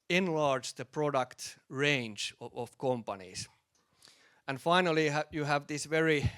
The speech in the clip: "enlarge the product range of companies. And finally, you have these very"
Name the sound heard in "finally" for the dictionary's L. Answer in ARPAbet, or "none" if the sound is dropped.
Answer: L